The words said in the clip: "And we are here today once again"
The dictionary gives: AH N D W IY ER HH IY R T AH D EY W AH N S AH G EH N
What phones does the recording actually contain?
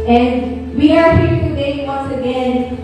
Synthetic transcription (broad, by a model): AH N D W IY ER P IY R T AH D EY W AH N S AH G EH N